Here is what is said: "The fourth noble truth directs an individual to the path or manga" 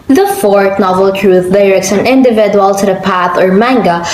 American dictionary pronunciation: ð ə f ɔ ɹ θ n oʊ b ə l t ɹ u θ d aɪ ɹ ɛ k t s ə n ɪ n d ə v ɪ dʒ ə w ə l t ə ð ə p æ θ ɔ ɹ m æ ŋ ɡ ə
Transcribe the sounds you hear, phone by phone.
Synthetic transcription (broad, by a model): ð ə f ɔ ɹ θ n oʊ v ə l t ɹ u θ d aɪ ɹ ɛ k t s ə n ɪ n d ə v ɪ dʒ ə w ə l t ə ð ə p æ θ ɔ ɹ m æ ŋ ɡ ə